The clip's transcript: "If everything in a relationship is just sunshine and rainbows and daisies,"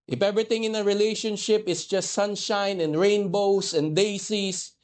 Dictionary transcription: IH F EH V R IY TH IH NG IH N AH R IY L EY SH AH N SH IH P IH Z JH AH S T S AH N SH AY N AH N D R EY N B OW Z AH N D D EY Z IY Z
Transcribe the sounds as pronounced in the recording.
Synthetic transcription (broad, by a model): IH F EH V R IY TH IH NG IH N AH R IY L EY SH AH N SH IH P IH S JH AH S T S AH N SH AY N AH N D R EY N B OW S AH N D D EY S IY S